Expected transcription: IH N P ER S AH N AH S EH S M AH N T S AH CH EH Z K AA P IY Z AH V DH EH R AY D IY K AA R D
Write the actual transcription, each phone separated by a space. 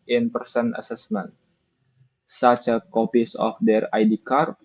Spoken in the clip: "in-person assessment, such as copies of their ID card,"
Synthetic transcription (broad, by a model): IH N P ER S AH N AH S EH S M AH N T S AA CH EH K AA P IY S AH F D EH R AY D IY K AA R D